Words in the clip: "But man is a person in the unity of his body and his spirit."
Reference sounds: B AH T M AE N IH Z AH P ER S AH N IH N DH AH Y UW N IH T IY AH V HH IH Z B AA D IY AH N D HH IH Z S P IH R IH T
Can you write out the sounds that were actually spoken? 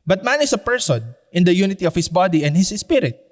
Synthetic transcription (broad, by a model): B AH T M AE N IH S AH P ER S AH N IH N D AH Y UW N IH T IY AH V HH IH S B AA D IY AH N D HH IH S S P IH R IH T